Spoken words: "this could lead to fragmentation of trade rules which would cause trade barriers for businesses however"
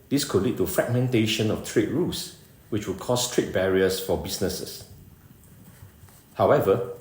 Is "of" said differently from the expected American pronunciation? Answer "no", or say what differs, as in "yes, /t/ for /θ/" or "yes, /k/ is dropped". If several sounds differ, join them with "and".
yes, /f/ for /v/